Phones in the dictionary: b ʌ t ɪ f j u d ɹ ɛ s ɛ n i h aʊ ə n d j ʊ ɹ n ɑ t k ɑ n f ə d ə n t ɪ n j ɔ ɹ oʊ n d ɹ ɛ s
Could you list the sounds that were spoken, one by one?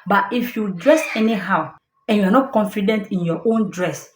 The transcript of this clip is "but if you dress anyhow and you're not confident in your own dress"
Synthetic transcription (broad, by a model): b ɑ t ɪ f j u d ɹ ɛ s ɛ n i h aʊ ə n j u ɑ n ɑ t k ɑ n f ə d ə n t ɪ n j ɔ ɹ oʊ n d ɹ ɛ s